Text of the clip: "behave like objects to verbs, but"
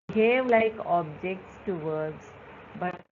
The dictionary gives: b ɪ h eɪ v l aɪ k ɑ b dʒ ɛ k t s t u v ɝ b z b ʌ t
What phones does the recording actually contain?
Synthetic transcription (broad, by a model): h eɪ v l aɪ k ɑ b dʒ ɛ k t s t u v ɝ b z b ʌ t